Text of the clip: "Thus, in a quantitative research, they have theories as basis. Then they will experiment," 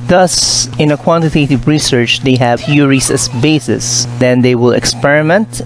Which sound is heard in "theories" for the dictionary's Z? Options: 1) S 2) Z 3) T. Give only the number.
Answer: 1